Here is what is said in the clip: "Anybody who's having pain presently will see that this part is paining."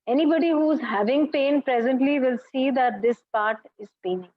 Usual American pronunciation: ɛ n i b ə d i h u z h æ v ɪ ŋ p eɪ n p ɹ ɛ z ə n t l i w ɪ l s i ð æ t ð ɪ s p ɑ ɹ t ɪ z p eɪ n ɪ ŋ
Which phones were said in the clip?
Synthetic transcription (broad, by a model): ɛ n i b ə d i h u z h æ v ɪ ŋ p eɪ n p ɹ ɛ z ə n t l i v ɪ l s i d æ t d ɪ s p ɑ ɹ t ɪ z p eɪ n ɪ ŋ